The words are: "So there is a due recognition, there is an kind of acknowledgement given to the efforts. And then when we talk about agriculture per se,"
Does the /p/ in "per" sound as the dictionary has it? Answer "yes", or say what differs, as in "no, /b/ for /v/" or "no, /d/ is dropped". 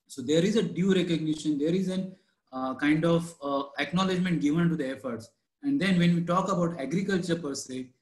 yes